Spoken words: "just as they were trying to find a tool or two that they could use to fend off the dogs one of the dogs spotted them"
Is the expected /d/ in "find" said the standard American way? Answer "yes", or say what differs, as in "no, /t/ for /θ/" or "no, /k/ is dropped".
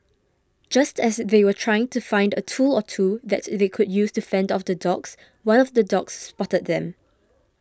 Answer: yes